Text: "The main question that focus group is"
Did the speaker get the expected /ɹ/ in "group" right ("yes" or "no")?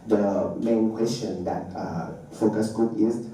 no